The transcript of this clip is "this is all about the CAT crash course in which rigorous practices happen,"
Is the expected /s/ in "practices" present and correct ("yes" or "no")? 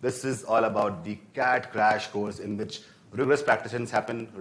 no